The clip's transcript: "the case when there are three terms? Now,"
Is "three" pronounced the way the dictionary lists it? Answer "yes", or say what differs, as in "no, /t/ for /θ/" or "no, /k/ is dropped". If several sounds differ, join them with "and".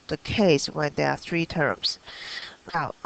yes